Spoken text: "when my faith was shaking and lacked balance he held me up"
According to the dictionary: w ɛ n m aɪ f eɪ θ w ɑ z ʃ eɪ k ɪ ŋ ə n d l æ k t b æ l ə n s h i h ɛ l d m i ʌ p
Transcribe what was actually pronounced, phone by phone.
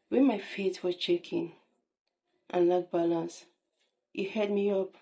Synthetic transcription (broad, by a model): w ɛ n m aɪ f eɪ t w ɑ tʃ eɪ k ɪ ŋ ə n l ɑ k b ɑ l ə n s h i h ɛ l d m i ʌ p